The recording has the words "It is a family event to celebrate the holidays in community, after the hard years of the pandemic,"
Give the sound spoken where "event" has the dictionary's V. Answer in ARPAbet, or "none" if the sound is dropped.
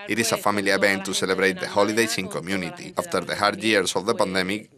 B